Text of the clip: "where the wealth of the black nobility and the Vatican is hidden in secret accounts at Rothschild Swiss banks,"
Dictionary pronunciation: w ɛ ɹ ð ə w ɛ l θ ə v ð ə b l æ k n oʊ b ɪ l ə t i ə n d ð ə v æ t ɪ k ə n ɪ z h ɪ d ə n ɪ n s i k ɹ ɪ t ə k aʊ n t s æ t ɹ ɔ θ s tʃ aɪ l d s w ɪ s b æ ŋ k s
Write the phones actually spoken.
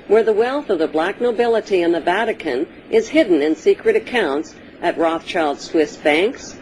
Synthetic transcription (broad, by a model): w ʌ ɹ ð ə w ɛ l θ ə v ð ə b l æ k n oʊ b ɪ l ə t i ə n ð ə v æ t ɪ k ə n ɪ z h ɪ d n ɪ n s i k ɹ ɪ t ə k aʊ n t s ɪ t ɹ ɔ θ tʃ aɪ l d s w ɪ s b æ ŋ k s